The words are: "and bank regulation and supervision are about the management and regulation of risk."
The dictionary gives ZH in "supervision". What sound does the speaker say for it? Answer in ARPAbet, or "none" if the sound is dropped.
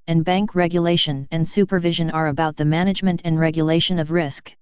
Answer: ZH